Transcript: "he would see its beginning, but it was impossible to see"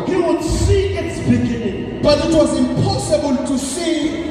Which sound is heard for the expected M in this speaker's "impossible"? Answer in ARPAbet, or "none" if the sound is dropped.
M